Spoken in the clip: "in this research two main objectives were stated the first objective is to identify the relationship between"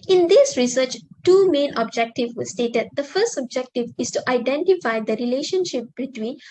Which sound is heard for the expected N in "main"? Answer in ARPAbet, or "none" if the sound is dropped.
N